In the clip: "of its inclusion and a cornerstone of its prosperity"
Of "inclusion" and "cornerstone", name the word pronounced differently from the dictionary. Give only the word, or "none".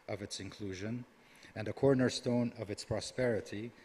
none